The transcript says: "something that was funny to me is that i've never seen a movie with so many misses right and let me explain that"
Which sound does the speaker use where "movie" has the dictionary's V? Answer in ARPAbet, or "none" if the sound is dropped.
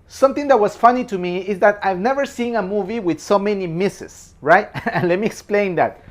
V